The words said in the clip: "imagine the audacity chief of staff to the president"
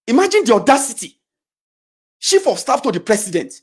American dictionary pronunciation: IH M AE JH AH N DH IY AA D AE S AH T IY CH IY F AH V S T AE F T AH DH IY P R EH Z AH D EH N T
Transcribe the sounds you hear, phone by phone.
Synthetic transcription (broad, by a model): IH M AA JH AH N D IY AA D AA S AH T IY SH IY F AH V S T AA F T AH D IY P R EH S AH D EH N T